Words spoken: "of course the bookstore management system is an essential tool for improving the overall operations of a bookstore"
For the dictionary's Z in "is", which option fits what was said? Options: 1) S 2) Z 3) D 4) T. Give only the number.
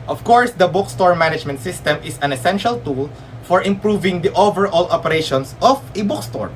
1